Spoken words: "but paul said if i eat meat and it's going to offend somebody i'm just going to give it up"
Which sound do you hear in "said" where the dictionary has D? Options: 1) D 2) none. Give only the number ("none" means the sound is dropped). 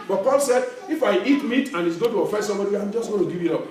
1